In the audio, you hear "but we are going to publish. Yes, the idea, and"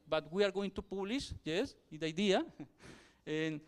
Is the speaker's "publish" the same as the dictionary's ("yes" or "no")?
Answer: no